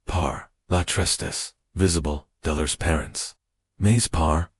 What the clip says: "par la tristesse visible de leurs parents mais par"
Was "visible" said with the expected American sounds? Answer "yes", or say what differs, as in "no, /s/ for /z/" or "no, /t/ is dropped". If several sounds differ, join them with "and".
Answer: yes